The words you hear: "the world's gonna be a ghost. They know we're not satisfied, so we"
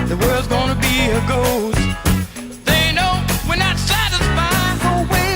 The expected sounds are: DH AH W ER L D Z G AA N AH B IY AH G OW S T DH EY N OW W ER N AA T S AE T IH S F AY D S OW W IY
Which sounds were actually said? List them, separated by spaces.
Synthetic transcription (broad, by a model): DH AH W ER L D Z G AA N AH B IY AH G OW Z DH EY N OW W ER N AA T S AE T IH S F AY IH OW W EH